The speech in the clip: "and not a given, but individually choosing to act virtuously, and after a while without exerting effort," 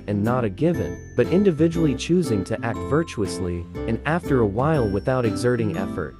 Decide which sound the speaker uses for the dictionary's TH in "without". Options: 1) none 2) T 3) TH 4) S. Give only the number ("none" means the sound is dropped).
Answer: 3